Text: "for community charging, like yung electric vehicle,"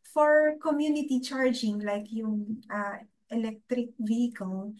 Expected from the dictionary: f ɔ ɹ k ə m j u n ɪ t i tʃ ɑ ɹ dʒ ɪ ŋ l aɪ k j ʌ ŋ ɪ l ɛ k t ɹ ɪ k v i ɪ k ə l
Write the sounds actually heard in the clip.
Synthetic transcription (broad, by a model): f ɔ ɹ k ə m j u n ɪ t i tʃ ɑ ɹ dʒ ɪ ŋ l aɪ k j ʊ ŋ ɪ l ɛ k t ɹ ɪ k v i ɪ k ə l